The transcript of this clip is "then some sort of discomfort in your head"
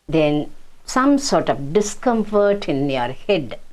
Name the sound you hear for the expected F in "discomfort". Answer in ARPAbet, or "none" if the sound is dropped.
F